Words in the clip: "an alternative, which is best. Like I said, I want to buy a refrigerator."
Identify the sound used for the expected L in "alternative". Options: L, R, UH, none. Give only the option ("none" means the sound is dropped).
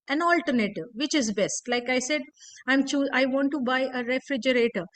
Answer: L